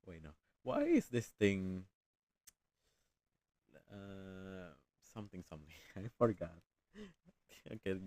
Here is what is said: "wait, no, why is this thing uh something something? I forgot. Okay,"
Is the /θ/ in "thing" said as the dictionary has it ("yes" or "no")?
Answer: no